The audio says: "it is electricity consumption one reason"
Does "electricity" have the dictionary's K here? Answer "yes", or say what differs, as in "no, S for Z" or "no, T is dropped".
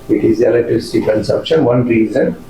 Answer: no, K is dropped